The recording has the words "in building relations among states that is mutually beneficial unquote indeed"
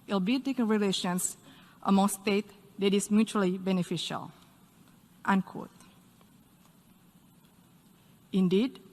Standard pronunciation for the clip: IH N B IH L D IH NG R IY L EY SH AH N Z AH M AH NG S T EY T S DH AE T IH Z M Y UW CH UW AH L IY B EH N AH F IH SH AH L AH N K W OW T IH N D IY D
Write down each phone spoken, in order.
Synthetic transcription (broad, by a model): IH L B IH D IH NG R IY L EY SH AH N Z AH M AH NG S T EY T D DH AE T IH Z M Y UW CH UW AH L IY B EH N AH F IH SH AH L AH N K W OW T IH N D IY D